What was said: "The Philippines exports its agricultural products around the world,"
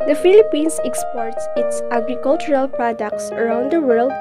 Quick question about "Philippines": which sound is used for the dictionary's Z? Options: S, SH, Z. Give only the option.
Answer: S